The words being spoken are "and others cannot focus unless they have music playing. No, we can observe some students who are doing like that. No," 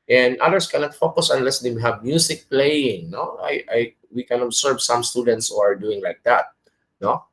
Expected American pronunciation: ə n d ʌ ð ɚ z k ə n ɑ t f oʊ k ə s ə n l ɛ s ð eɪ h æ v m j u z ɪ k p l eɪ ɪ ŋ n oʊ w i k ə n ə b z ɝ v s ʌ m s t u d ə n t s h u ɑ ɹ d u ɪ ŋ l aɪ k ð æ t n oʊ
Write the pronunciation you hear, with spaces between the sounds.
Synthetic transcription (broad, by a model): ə n d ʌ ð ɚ s k ə n ɑ t f oʊ k ə s ə n l ɛ s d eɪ h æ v m j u s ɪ k p l eɪ ɪ ŋ n oʊ w i k ə n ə b s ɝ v s ʌ m s t u d ə n t s h u ɑ ɹ d u ɪ ŋ l aɪ k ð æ t n oʊ